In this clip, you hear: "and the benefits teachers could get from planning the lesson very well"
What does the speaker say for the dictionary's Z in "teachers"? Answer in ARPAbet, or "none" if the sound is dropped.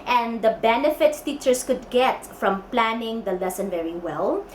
S